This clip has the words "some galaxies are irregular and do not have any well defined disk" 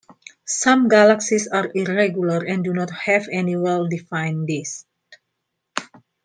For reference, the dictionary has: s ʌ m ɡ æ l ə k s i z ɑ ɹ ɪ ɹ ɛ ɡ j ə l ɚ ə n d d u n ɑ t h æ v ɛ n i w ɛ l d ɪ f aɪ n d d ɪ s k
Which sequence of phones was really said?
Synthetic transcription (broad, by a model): s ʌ m ɡ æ l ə k s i s ɑ ɹ ɪ ɹ ɛ ɡ j ə l ɚ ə n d d u n ɑ t h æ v ɛ n i w ɛ l d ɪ f aɪ n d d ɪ s